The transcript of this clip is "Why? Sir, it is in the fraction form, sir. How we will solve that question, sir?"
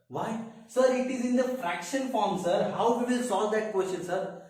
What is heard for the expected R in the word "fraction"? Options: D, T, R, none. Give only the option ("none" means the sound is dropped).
R